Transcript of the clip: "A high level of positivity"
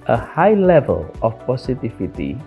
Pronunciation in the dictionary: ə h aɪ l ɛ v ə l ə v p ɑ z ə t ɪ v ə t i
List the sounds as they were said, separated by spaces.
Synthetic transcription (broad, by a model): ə h aɪ l ɛ v ə l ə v p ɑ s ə t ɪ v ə t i